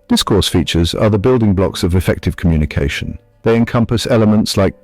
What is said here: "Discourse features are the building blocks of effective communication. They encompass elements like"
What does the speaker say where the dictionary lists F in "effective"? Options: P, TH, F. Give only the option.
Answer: F